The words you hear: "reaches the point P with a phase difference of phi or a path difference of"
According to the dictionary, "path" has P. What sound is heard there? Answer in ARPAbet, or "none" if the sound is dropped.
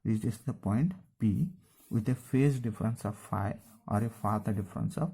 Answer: F